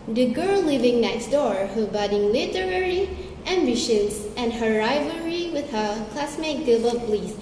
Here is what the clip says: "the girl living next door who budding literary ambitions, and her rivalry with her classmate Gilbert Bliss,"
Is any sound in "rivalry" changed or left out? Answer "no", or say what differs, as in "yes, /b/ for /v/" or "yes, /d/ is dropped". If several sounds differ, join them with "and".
yes, /l/ is dropped